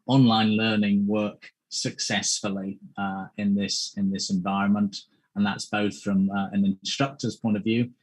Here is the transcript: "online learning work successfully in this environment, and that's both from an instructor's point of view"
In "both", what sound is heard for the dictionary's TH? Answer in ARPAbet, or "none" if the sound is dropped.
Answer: TH